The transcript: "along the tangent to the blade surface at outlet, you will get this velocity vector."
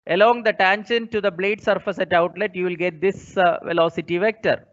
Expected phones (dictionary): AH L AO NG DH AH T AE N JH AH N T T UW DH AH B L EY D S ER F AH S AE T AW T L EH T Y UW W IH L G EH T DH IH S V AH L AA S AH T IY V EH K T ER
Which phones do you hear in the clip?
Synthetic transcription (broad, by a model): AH L AO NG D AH T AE N SH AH N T T UW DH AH B L EY D S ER F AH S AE T AW T L EH T Y UW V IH L G EH T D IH S V AH L AA S AH T IY V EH K T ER